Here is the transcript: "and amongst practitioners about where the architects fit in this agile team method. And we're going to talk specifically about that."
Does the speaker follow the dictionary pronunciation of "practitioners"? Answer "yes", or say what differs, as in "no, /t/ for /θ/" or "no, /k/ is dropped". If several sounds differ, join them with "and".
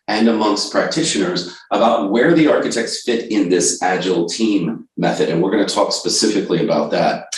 yes